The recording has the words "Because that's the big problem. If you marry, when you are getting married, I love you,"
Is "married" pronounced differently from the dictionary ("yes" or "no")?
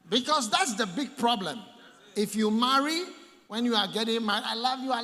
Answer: yes